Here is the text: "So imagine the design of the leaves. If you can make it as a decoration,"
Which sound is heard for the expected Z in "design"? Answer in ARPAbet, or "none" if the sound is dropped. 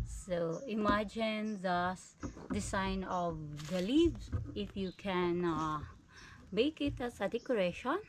S